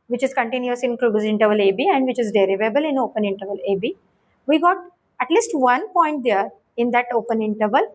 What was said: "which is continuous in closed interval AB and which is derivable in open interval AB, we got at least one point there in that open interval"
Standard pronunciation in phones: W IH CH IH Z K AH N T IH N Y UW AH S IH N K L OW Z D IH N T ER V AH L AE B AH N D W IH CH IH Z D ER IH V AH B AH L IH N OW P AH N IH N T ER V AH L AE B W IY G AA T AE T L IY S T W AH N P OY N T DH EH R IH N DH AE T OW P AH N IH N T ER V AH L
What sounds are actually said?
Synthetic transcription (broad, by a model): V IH CH IH Z K AH N T IH N Y UW AH S IH N K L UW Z IH N T ER V AH L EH B AH N D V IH CH IH Z D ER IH V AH B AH L IH N OW P AH N IH N T ER V AH L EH B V IY G AA T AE T L IY S T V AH N P OY N T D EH R IH N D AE T OW P AH N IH N T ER V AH L